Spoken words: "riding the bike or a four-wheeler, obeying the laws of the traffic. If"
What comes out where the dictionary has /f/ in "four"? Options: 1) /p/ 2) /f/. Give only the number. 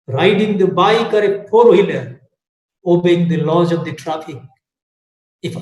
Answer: 1